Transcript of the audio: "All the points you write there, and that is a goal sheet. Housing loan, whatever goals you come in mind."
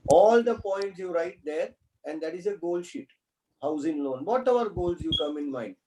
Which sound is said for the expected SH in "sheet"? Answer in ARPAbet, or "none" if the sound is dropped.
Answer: SH